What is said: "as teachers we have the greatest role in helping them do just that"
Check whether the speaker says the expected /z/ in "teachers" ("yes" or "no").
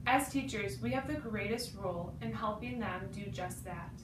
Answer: yes